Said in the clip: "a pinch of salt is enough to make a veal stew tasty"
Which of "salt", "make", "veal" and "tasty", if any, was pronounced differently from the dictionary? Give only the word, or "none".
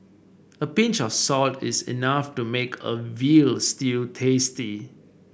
none